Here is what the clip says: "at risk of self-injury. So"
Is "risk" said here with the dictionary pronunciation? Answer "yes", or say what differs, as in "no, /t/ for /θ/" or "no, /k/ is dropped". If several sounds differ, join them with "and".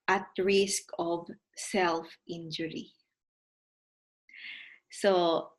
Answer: yes